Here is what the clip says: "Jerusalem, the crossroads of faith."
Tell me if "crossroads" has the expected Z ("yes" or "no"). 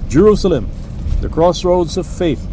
yes